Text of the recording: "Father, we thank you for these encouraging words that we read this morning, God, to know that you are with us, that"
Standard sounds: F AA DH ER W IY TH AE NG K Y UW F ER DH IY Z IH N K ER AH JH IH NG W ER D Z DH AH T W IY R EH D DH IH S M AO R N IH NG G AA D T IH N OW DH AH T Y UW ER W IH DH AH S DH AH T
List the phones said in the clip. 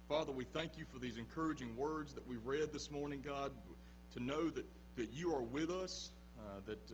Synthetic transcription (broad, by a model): F AA DH ER W IY TH AE NG K Y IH F ER DH IY Z IH N K ER AH JH IH NG W ER D Z DH AH T W IY R EH D DH IH S M AO R N IH NG G AA D T IH N OW DH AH T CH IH ER W IH DH AH S DH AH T